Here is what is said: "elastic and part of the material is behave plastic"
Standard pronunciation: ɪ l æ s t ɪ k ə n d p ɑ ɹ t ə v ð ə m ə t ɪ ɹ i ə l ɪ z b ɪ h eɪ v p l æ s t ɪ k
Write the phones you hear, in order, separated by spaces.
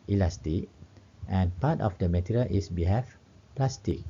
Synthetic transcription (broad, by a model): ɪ l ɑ s t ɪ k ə n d p ɑ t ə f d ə m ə t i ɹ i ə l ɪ s b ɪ h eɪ f p l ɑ s t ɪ k